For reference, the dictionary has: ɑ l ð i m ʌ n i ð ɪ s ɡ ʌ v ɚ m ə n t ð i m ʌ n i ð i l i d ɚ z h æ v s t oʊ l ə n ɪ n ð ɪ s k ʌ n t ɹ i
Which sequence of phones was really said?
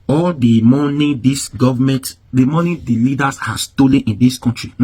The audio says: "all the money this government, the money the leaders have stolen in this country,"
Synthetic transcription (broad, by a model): ɑ l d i m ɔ n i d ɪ s ɡ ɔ v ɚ m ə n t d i m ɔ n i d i l i d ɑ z h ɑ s s t oʊ l ə n ɪ n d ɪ s k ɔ n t ɹ i